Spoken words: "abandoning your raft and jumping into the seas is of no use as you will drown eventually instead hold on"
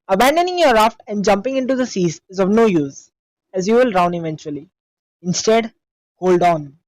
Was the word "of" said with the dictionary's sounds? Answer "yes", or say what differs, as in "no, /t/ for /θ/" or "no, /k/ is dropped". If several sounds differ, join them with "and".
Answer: yes